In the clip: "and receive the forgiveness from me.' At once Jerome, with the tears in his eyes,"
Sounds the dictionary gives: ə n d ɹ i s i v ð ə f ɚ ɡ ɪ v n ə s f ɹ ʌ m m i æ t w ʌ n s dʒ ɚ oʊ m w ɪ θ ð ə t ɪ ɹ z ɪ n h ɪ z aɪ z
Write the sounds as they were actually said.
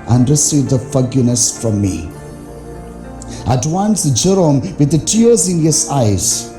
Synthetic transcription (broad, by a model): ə n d ɹ i s i v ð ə f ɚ ɡ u n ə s f ɹ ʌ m m i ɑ t w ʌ n s dʒ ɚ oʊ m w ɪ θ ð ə t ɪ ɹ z ɪ n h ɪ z aɪ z